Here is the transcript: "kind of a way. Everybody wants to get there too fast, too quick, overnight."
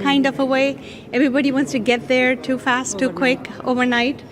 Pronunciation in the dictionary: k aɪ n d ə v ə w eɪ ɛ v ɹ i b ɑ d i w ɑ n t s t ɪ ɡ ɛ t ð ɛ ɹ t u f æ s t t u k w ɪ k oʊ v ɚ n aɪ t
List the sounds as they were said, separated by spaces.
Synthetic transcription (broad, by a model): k aɪ n d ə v ə w eɪ ɛ v ɹ i b ɑ d i w ɑ n t s t ɪ ɡ ɛ t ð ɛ ɹ t u f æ s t t u k w ɪ k oʊ v ɚ n aɪ t